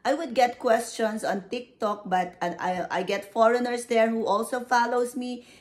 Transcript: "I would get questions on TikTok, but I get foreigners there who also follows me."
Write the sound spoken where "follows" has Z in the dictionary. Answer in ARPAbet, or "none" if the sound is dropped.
S